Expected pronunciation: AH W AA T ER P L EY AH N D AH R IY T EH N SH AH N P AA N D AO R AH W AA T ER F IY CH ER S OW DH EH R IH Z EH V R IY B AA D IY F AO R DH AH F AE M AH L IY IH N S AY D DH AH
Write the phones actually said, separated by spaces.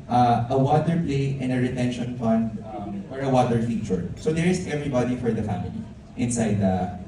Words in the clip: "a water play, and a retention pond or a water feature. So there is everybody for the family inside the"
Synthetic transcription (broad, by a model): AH W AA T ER P L EY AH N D AH R IY T EH N SH AH N F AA N D AO R AH W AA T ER F IY CH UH S OW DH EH R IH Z EH V R IY B AA D IY F AO R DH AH F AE M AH L IY IH N S AY D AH